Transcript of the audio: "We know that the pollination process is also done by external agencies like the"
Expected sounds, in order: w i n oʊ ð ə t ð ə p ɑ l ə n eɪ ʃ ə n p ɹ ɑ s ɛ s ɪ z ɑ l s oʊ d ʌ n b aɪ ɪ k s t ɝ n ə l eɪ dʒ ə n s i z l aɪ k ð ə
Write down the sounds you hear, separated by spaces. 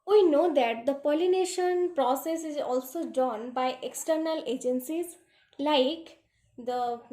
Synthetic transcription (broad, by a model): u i n oʊ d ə t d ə p ɑ l ə n eɪ ʃ ə n p ɹ ɑ s ɛ s ɪ z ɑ l s oʊ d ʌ n b aɪ ɪ k s t ɝ n ə l eɪ dʒ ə n s i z l aɪ k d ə